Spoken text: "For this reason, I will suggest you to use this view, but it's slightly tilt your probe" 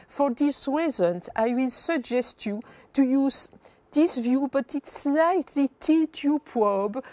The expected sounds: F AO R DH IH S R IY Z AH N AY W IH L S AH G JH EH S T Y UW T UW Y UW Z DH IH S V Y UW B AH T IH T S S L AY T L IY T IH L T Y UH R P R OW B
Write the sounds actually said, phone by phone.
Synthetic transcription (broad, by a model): F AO R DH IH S R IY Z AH N AY W IH L S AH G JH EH S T Y UW T UW Y UW Z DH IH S V Y UW B AH T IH T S S L AY T L IY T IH T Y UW P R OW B